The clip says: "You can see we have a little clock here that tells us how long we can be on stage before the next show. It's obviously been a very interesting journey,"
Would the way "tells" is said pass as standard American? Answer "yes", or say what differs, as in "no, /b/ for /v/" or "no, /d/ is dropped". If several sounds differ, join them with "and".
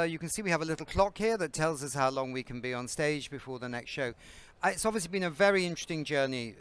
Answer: yes